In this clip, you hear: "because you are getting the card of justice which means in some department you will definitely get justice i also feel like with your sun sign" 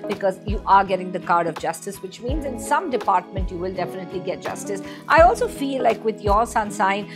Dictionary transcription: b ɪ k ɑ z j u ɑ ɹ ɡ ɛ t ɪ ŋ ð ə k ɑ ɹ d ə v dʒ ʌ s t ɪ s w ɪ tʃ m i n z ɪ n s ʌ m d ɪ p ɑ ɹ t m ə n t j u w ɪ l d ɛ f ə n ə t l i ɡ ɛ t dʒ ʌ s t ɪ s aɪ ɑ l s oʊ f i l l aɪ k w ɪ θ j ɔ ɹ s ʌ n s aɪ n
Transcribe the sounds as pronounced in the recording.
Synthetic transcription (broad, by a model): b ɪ k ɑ z j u ɑ ɹ ɡ ɛ t ɪ ŋ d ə k ɑ ɹ d ə v dʒ ʌ s t ɪ s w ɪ tʃ m i n z ɪ n s ʌ m d ɪ p ɑ ɹ t m ə n t j u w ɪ l d ɛ f ə n ə t l i ɡ ɛ t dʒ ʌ s t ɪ s aɪ ɑ l s oʊ f i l l aɪ k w ɪ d j ɔ ɹ s ʌ n s aɪ n